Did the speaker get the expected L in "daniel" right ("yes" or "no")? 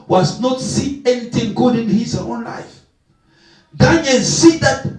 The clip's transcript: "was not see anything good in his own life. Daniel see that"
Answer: no